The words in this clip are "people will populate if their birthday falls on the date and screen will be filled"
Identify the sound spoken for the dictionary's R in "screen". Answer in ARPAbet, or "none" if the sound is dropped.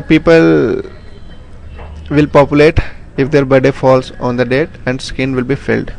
none